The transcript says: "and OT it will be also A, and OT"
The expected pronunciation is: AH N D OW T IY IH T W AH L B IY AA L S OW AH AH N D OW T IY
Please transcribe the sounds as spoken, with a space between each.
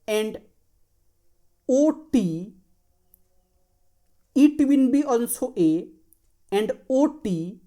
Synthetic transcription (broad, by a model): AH N D OW T IY IH T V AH N B IY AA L S OW AH AH N D OW T IY